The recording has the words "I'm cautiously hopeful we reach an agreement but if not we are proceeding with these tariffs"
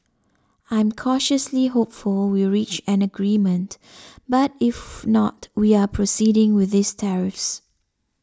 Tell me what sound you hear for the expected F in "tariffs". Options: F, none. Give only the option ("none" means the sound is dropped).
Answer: F